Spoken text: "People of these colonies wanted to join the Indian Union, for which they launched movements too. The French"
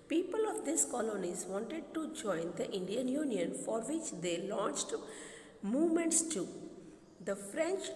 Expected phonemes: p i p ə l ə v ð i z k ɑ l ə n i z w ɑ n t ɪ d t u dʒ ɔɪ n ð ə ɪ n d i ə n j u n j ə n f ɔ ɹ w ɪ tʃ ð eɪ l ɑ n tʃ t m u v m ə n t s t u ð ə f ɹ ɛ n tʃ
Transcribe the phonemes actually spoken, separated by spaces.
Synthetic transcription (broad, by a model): p i p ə l ə v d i s k ɑ l ə n i z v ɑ n t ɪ d t u dʒ ɔɪ n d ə ɪ n d i ə n j u n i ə n f ɔ ɹ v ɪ tʃ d eɪ l ɑ n tʃ t m u v m ə n t s t u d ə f ɹ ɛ n tʃ